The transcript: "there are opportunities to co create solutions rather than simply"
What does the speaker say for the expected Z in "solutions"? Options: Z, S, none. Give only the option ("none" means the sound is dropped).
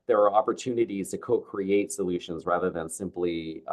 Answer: Z